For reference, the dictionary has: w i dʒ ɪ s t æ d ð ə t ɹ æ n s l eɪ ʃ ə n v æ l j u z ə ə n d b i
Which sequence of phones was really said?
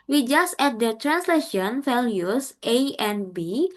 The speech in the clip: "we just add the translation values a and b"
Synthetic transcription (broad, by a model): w i dʒ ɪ s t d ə t ɹ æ n s l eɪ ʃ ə n f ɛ l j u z ə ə n b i